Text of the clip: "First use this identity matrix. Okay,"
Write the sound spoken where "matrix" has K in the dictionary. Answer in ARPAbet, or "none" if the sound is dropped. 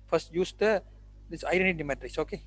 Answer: none